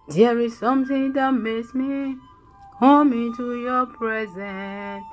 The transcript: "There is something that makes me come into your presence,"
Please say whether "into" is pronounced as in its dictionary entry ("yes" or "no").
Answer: yes